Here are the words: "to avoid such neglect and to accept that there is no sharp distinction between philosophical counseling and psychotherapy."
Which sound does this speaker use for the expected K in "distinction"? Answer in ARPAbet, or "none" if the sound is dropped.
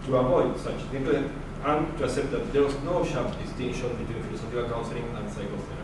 none